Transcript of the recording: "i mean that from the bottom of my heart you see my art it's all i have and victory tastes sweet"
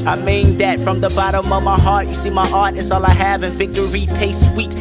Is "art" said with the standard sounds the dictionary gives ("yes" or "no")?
yes